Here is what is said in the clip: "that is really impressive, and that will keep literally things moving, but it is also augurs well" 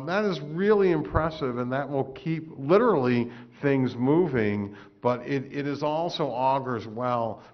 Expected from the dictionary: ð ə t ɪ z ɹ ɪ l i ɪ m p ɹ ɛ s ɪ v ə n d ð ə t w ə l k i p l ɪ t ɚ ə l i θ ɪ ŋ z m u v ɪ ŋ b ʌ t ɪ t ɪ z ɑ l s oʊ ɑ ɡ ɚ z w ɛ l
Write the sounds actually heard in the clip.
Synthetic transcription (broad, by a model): ð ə t ɪ z ɹ ɪ l i ɪ m p ɹ ɛ s ɪ v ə n ð ə t w ə l k i p l ɪ t ɚ l i θ ɪ ŋ z m u v ɪ ŋ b ʌ t ɪ t ɪ z ɑ l s oʊ ɑ ɡ ɚ z w ɛ l